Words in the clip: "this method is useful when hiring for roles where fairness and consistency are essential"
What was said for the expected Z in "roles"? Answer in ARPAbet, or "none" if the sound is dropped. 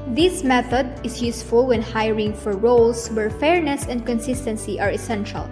S